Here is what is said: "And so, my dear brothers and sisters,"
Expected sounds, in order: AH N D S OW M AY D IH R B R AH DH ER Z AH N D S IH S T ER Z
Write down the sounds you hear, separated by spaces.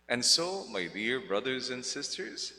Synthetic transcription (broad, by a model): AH N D S OW M AY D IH R B R AH DH ER Z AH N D S IH S T ER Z